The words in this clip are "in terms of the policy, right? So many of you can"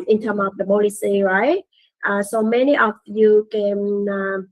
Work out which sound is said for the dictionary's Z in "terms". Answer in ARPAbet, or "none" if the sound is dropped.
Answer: none